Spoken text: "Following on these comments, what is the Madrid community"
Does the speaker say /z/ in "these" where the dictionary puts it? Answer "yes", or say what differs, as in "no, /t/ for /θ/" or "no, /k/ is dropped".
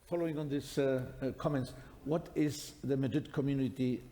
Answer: no, /s/ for /z/